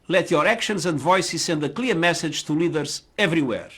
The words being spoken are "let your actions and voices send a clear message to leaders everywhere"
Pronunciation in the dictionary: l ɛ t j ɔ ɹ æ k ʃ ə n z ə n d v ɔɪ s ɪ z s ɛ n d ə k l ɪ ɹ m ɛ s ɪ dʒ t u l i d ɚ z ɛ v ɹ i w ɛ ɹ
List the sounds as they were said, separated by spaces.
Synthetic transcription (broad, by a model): l ɛ t j ɔ ɹ æ k ʃ ə n z ə n d v ɔɪ s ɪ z s ɛ n d ə k l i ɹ m ɛ s ɪ dʒ t u l i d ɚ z ɛ v ɹ i w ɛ ɹ